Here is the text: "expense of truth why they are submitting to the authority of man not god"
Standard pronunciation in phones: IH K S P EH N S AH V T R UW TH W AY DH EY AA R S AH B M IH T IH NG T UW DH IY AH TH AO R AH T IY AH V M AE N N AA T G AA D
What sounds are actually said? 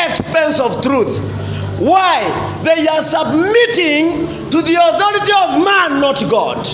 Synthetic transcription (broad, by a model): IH K S P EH N S AH V T R UW TH W AY DH EY AA R S AH B M IH T IH NG T UW DH IY AH TH AO R AH T IY AH V M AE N N AA T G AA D